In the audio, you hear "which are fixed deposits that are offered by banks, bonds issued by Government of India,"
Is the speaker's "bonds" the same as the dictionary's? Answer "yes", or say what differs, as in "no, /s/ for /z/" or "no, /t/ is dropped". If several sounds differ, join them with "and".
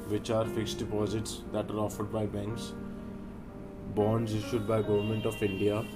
yes